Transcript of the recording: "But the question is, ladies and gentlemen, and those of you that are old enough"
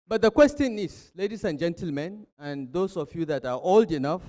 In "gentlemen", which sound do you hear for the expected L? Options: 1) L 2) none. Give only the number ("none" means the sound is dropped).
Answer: 1